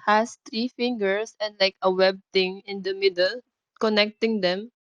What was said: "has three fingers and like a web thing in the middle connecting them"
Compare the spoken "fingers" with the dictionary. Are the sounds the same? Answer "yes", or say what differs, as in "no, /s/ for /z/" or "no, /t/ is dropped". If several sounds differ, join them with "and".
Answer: no, /s/ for /z/